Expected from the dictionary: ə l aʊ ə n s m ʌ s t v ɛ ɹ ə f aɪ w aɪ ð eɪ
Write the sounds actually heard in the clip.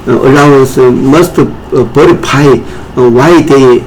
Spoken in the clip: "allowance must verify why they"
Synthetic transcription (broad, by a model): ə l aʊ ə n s m ʌ s t b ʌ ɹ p aɪ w aɪ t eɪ